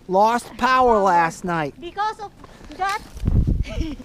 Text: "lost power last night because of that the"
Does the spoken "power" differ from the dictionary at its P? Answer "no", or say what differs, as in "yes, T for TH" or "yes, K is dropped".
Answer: no